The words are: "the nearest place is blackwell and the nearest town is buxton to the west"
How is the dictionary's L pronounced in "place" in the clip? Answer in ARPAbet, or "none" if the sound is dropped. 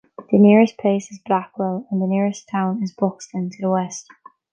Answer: none